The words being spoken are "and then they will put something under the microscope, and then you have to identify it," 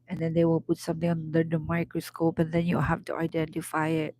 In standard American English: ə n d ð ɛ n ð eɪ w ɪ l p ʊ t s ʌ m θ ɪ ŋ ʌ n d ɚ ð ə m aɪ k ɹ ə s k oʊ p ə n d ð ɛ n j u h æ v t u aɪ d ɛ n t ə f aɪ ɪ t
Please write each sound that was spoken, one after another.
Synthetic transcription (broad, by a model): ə n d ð ɛ n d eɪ w ɪ l p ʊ t s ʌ m t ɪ ŋ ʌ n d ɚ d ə m aɪ k ɹ ə s k oʊ p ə n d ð ɛ n j u h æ f t u aɪ d ɛ n t ə f aɪ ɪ t